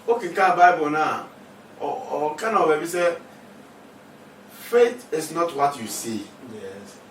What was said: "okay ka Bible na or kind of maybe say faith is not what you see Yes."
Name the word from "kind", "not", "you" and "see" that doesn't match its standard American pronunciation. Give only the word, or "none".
kind